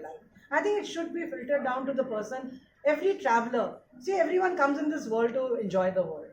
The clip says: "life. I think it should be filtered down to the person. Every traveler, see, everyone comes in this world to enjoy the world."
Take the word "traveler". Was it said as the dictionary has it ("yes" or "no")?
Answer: yes